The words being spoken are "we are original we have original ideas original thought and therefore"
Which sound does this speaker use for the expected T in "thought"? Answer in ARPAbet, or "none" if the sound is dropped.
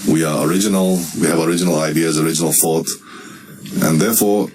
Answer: T